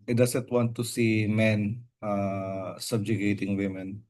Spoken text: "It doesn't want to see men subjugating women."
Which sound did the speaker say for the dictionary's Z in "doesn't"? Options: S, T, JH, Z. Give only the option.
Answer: S